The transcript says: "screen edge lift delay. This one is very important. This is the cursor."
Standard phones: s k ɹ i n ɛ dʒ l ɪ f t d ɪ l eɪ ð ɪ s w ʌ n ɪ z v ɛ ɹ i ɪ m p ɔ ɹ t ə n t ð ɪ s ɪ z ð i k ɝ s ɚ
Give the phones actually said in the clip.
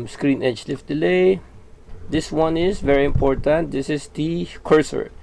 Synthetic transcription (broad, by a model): s k ɹ i n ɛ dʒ l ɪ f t d ɪ l eɪ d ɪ s w ʌ n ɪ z v ɛ ɹ i ɪ m p ɔ ɹ t ə n t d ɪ s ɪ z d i k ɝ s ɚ